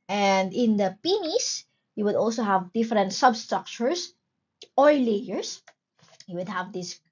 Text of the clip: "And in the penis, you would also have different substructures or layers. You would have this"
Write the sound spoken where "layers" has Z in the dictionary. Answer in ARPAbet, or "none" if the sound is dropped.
S